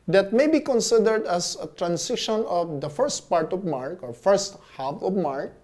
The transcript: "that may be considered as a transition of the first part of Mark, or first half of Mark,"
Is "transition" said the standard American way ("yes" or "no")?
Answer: no